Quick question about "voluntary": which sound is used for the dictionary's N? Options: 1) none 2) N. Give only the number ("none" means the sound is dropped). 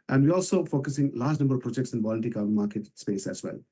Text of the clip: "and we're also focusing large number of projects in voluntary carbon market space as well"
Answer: 1